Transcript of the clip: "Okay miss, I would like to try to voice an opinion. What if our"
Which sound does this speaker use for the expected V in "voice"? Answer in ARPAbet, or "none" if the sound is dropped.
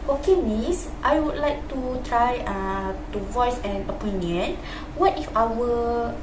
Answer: V